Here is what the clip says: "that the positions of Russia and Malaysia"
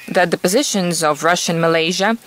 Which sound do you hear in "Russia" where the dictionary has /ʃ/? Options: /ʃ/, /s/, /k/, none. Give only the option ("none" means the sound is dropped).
/ʃ/